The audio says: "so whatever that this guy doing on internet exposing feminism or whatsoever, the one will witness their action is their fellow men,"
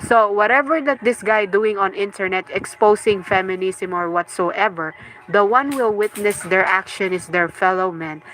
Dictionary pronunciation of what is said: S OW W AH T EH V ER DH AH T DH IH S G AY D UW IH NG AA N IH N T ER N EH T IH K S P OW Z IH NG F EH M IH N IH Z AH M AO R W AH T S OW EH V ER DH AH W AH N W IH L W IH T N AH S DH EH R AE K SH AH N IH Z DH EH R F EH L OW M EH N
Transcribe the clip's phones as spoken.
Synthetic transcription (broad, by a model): S OW W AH T EH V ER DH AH T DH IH S G AY D UW IH NG AA N IH N T ER N EH T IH K S P OW S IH NG F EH M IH N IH S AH M AO R W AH T S OW EH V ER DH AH W AH N W IH L W IH T N AH S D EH R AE K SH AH N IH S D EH R F EH L OW M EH N